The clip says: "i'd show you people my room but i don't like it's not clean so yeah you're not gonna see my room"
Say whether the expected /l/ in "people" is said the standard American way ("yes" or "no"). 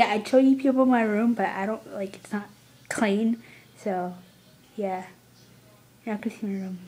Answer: no